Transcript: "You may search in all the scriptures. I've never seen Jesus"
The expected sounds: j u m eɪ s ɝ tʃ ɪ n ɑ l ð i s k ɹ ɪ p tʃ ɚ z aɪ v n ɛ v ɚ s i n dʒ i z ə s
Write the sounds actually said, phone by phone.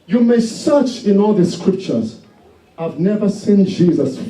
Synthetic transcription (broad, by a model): j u m eɪ s ɝ tʃ ɪ n ɑ l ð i s k ɹ ɪ p tʃ ɚ z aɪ v n ɛ v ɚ s i n dʒ i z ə s